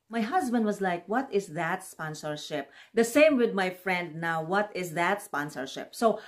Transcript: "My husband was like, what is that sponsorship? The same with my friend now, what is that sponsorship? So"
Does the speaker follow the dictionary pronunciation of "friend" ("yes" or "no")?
yes